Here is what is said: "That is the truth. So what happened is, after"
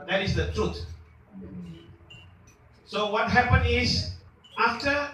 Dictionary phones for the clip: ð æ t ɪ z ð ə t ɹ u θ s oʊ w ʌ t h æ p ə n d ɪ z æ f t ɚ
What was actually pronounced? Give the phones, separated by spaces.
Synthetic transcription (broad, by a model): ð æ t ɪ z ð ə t ɹ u t s oʊ w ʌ t h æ p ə n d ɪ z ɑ f t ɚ